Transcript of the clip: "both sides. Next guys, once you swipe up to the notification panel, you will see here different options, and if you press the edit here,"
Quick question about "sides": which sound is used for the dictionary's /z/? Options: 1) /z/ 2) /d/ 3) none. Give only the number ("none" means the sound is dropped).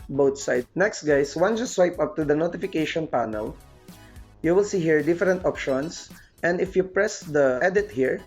3